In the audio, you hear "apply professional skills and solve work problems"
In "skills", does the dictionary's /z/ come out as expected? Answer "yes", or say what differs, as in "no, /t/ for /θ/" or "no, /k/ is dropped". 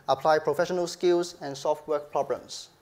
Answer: no, /s/ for /z/